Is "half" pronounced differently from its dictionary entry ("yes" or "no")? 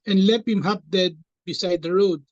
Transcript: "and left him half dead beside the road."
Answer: yes